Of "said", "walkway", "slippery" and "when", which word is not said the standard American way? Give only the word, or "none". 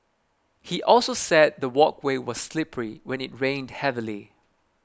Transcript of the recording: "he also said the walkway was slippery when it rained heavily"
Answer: none